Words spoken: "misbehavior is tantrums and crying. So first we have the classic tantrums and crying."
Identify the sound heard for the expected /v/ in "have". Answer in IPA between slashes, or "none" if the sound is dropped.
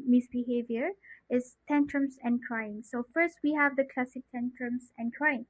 /v/